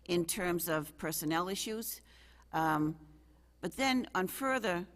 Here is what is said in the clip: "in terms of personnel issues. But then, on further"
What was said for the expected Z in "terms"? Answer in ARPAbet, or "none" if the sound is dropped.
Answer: Z